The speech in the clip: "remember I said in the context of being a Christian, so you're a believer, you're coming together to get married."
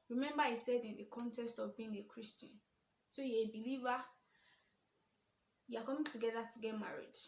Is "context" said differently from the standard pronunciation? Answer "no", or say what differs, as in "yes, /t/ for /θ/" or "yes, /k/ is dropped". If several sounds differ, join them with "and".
no